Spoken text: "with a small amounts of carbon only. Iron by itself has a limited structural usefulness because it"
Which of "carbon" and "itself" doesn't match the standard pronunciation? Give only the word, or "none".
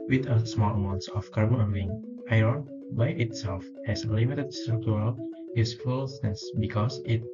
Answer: carbon